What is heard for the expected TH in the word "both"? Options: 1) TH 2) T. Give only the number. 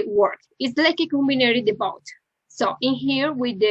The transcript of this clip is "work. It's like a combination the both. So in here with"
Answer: 2